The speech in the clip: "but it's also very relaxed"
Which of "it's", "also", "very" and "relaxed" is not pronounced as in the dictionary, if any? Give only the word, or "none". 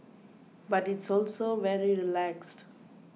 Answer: none